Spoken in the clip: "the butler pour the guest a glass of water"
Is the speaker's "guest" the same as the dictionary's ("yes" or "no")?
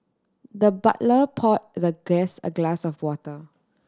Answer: no